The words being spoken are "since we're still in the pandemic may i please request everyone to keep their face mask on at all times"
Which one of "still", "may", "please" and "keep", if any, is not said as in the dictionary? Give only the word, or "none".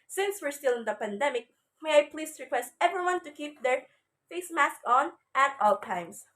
please